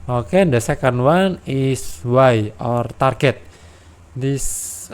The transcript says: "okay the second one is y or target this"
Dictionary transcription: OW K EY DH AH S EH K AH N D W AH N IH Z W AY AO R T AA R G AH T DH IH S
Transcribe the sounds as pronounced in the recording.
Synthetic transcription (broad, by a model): OW K EY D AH S EH K AH N D W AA N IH S W AY AO R T AA R G AH T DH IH S